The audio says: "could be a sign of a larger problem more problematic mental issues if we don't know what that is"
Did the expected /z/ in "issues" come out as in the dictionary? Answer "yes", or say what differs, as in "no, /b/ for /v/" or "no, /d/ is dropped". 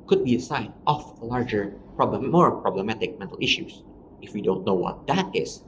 no, /s/ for /z/